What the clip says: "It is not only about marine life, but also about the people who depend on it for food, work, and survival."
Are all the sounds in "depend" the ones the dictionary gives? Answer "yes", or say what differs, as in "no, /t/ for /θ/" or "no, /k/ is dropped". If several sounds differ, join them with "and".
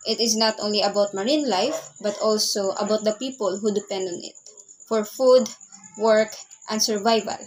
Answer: yes